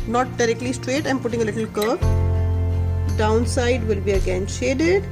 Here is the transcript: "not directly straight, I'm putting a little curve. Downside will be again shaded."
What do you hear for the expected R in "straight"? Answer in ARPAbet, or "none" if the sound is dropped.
R